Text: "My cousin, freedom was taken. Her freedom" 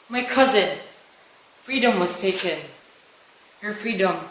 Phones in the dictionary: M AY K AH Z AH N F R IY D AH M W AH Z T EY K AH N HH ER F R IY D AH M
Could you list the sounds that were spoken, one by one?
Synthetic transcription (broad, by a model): M AY K AH Z AH N F R IY D AH M W AH Z T EY K AH N HH ER F R IY D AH M